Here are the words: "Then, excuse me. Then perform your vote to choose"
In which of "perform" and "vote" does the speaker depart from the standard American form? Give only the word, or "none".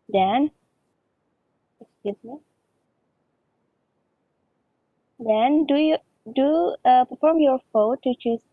vote